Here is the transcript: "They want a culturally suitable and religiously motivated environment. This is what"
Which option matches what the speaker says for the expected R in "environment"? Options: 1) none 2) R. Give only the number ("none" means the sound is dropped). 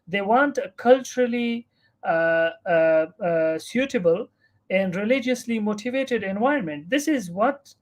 1